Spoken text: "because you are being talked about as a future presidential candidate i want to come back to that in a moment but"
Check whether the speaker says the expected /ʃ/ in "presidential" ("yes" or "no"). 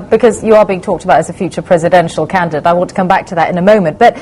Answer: yes